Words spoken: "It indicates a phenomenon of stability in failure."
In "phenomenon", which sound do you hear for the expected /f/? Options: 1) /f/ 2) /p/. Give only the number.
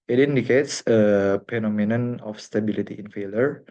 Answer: 2